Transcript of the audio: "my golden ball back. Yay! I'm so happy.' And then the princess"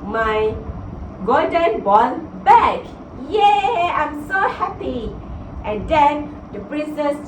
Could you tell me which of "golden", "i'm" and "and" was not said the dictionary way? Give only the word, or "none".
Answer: golden